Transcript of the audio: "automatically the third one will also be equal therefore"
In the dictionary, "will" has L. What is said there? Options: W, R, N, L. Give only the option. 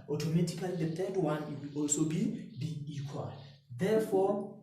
W